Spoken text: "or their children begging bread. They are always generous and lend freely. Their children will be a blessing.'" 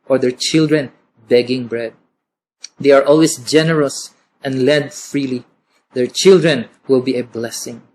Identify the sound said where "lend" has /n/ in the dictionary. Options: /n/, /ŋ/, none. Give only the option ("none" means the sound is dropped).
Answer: none